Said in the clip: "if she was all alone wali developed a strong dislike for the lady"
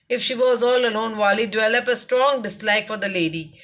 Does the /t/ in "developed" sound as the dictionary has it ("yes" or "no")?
no